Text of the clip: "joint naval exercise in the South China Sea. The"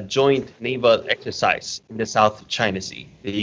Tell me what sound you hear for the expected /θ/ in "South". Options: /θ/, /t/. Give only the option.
/θ/